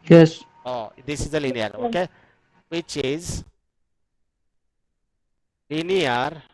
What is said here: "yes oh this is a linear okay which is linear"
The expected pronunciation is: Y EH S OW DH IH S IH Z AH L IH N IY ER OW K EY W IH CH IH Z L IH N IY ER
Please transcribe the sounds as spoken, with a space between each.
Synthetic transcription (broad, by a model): Y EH S OW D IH S IH Z AH L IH N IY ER OW K EY W IH CH IH Z L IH N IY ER